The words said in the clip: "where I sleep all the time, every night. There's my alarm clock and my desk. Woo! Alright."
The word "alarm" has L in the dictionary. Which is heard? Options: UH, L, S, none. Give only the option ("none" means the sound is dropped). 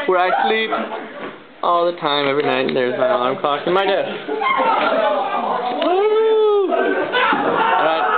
none